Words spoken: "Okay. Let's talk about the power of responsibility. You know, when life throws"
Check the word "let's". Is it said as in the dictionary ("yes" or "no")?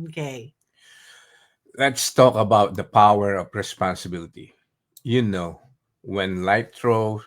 yes